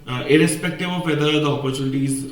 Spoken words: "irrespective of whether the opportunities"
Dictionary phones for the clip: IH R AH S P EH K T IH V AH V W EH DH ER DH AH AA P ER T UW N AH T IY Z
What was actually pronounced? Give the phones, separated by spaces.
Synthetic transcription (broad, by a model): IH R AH S P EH K T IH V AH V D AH ER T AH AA P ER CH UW N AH T IY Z